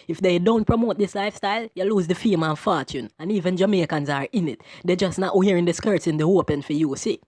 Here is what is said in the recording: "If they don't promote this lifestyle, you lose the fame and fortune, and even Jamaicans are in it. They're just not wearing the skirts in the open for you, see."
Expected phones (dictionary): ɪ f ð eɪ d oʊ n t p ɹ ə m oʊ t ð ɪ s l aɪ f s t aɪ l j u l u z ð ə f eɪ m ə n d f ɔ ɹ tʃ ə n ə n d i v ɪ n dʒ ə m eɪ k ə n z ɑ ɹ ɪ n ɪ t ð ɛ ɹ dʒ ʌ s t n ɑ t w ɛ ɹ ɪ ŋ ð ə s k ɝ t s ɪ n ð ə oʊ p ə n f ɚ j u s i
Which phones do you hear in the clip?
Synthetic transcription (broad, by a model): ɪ f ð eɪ d oʊ n t p ɹ ə m oʊ t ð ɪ s l aɪ f s t aɪ l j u l u z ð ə f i m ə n f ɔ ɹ tʃ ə n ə n i v ɪ n dʒ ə m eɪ k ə n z ɑ ɹ ɪ n ɪ t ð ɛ dʒ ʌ s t n ɑ t w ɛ ɹ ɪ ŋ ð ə s k ɝ t s ɪ n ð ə oʊ p ə n f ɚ j u s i